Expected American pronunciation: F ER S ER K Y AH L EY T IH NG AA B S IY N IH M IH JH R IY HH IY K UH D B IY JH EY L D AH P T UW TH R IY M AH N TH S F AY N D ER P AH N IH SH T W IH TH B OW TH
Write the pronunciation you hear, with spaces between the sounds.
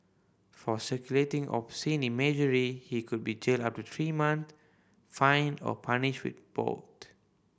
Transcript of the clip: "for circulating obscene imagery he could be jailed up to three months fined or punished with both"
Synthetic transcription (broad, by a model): F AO S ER K Y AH L EY T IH NG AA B S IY N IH M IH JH R IY HH IY K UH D B IY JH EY L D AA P T UW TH R IY M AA N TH F AY N D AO P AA N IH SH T W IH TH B OW T